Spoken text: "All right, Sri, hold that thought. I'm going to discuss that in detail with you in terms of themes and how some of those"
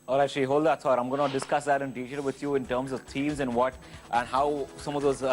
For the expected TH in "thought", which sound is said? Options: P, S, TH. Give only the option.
S